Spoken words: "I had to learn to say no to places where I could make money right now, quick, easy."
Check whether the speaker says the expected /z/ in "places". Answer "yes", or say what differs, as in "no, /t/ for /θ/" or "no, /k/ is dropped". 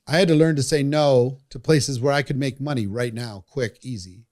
yes